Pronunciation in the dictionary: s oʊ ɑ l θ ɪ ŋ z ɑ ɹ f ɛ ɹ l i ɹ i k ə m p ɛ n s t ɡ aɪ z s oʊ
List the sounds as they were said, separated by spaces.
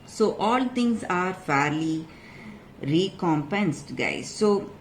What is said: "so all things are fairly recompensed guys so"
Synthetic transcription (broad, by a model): s oʊ ɑ l t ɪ ŋ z ɑ ɹ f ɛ ɹ l i ɹ i k ə m p ɛ n s t ɡ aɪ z s oʊ